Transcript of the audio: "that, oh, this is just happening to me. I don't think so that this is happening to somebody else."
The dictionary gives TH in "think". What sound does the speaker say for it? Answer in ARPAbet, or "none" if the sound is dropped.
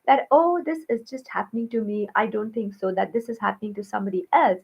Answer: T